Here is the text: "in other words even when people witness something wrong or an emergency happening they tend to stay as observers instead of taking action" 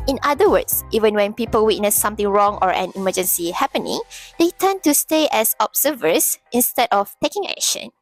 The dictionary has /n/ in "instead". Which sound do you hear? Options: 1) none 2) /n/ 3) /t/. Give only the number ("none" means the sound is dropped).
2